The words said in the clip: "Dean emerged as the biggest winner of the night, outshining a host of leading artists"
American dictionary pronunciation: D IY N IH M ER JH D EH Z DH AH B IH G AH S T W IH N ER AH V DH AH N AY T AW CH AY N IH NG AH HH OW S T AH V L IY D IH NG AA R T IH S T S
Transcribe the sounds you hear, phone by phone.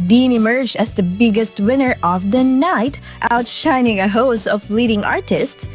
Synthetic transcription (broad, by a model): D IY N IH M ER JH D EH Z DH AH B IH G AH S T W IH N ER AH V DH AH N AY T AW CH AY N IH NG AH HH OW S AH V L IY D IH NG AA R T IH S T S